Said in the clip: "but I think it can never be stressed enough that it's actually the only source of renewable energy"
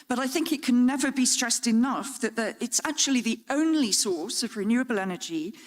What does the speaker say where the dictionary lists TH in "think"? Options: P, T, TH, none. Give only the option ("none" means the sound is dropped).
TH